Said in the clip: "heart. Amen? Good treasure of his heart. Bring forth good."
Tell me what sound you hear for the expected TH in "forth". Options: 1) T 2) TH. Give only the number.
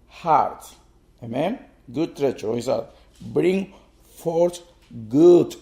1